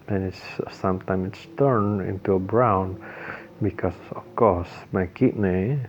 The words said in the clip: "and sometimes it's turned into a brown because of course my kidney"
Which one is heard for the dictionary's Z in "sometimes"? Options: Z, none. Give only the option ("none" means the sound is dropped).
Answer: none